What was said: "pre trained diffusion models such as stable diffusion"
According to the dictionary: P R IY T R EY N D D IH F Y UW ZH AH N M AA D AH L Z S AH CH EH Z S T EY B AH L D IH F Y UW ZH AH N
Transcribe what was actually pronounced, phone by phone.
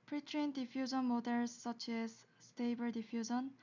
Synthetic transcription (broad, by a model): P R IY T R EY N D D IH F Y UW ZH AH N M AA D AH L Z S AH CH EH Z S T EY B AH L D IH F Y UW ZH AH N